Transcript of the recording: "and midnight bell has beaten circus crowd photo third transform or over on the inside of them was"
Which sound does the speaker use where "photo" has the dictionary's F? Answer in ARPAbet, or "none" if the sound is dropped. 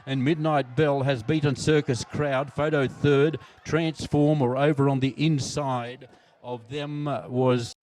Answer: F